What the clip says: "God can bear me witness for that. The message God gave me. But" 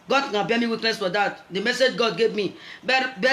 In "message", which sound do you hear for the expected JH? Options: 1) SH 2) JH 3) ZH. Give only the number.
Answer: 2